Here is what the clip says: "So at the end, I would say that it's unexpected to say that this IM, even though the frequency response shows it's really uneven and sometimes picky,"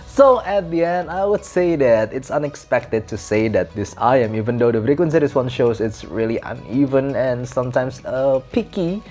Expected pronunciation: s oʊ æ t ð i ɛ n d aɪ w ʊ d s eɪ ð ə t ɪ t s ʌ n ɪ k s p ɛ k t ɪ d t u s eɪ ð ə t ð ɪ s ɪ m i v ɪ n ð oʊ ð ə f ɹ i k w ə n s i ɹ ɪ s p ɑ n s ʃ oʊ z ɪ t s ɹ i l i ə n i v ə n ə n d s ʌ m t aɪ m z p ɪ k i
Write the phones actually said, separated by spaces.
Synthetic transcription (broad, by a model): s oʊ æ t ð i ɛ n d aɪ w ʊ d s eɪ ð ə t ɪ t s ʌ n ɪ k s p ɛ k t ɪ d t u s eɪ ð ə t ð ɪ s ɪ m i v ɪ n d oʊ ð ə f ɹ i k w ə n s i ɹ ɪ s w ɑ n ʃ oʊ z ɪ t s ɹ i l i ə n i v ə n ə n s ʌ m t aɪ m s p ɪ k i